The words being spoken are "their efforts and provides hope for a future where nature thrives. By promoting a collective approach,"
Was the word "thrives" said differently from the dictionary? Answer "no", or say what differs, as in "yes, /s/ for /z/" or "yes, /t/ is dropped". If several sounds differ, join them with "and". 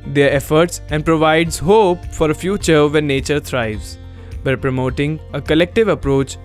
yes, /t/ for /θ/